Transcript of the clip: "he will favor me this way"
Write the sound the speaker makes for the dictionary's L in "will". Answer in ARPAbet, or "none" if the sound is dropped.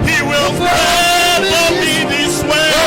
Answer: L